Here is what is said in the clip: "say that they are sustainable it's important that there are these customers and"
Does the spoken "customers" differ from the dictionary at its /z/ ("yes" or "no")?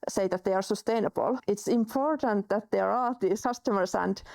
yes